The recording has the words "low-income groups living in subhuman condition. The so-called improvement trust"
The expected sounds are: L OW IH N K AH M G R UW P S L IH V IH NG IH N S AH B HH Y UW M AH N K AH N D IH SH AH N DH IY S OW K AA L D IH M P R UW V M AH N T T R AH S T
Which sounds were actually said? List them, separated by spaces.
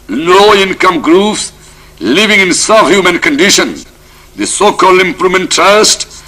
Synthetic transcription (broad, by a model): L OW IH N K AH M G R UW P S L IH V IH NG IH N S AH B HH Y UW M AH N K AH N D IH SH AH N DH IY S OW K AA L D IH M P R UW M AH N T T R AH S T